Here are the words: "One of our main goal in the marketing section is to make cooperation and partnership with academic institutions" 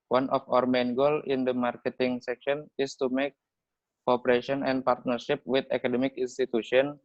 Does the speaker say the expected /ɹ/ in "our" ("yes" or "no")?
yes